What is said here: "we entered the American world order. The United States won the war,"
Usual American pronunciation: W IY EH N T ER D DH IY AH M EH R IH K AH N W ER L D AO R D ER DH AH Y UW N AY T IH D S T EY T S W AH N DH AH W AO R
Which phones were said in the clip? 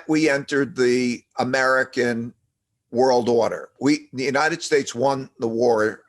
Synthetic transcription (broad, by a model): W IY EH N T ER D DH IY AH M EH R IH K AH N W ER L D AO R D ER DH AH Y UW N AY T IH D S T EY T S W AH N DH AH W AO R